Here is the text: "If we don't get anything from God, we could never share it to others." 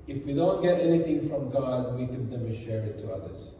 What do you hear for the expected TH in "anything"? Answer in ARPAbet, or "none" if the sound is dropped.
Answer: T